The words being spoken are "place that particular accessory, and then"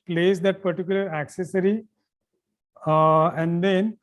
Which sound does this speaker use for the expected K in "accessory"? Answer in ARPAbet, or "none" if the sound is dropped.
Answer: K